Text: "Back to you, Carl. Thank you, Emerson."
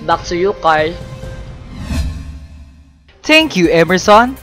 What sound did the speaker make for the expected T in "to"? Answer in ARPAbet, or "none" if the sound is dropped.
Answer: S